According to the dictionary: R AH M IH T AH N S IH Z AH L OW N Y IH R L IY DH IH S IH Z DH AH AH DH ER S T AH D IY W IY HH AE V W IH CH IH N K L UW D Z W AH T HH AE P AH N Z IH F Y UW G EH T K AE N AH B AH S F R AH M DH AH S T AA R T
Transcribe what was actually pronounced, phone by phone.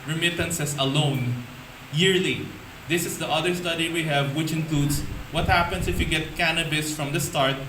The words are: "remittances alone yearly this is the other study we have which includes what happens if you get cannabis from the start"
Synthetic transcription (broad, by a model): R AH M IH T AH N S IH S AH L OW N Y IH R L IY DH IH S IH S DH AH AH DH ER S T AH D IY W IY HH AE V W IH CH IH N K L UW D S W AH T HH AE P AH N S IH F Y UW G EH T K AE N AH B AH S F R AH M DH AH S T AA R T